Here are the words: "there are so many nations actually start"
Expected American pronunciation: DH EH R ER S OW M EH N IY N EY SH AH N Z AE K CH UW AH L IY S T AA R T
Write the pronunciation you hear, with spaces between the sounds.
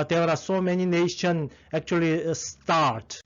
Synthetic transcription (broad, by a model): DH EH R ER S OW M EH N IY N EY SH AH N AE K CH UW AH L IY S T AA R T